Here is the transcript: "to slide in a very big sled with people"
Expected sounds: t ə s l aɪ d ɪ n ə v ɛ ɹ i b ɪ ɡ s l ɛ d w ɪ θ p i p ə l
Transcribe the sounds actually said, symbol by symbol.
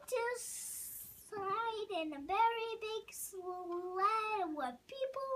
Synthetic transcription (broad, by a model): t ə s aɪ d ɪ n ə v ɛ ɹ i b ɪ ɡ s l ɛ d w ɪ p i p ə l